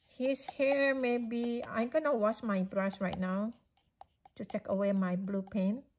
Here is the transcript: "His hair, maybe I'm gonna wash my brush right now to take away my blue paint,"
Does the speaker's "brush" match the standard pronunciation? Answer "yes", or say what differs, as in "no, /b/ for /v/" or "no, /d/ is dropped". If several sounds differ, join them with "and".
no, /s/ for /ʃ/